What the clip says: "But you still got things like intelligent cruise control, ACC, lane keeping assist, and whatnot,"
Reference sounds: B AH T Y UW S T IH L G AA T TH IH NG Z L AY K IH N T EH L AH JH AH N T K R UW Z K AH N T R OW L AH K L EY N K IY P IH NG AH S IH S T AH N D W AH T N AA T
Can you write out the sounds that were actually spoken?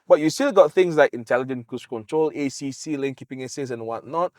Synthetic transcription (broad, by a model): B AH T Y UW S T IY L G AA T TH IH NG S L AY K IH N T EH L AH JH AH N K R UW S K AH N T R OW L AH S L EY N K IY P IH NG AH S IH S AH N W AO T N AA T